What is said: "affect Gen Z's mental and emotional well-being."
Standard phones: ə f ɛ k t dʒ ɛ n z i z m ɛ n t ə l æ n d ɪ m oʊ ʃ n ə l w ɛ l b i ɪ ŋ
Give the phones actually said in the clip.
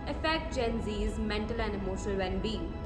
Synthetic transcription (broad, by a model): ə f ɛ k t dʒ ɛ n z i z m ɛ n t ə l æ n d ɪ m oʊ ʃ ə l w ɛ n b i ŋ